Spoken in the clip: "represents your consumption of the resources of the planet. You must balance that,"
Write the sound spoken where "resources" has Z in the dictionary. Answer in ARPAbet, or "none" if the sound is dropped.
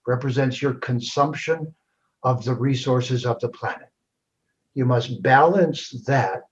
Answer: Z